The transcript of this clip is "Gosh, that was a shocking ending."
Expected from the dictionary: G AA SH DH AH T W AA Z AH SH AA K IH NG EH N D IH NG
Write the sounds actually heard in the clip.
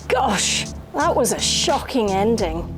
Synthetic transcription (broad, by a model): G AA SH DH AH T W AA Z AH SH AA K IH NG EH N D IH NG